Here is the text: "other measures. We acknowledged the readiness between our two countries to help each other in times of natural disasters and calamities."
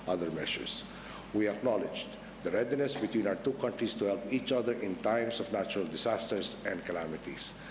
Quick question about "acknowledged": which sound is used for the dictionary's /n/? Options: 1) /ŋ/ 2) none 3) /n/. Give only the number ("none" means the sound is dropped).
3